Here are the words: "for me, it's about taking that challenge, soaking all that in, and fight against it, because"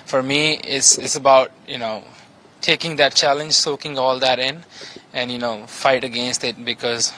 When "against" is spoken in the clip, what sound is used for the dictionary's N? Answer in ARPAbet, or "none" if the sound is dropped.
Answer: N